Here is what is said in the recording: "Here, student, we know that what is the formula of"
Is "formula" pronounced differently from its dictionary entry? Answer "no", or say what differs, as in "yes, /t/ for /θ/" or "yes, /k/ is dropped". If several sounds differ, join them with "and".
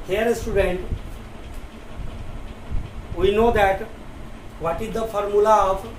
no